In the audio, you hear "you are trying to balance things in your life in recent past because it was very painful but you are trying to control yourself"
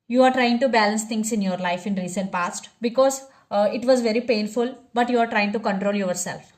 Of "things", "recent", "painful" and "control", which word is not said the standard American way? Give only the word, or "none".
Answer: things